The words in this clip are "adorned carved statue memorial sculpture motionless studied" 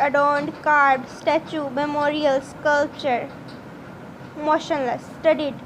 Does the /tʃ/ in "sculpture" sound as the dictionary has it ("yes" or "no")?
yes